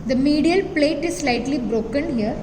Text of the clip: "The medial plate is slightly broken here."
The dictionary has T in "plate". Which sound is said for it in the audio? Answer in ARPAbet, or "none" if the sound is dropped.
T